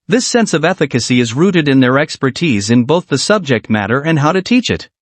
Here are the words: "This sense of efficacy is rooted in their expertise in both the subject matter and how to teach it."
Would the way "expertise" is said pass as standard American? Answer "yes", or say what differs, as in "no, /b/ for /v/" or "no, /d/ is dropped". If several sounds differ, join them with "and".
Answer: yes